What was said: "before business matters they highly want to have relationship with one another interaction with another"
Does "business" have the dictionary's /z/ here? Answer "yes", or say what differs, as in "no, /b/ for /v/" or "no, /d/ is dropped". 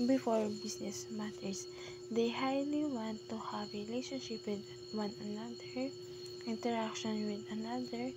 no, /s/ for /z/